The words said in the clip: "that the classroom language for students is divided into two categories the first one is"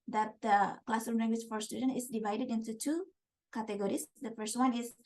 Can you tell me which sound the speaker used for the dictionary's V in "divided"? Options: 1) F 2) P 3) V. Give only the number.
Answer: 3